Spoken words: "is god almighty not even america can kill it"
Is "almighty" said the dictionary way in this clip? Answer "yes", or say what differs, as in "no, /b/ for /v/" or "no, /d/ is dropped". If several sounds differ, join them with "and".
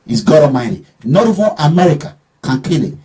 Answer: no, /l/ is dropped